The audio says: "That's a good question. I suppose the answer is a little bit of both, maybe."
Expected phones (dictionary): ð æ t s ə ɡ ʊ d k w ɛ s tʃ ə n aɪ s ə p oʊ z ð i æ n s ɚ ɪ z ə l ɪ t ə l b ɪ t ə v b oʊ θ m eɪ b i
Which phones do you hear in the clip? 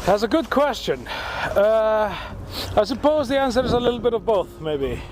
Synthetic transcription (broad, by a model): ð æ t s ə ɡ ʊ d k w ɛ s tʃ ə n aɪ s ə p oʊ z ð i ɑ n s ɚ ɪ z ə l ɪ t l b ɪ t ə v b oʊ θ m eɪ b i